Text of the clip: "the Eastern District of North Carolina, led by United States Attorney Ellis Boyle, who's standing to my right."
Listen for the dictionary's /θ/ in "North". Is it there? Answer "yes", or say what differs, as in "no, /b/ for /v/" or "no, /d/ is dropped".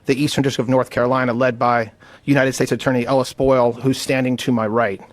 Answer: yes